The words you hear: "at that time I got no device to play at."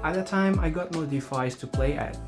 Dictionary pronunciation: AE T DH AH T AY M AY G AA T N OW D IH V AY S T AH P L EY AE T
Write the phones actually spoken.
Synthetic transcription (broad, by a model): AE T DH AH T AY M AY G AA T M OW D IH F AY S T AH P L EY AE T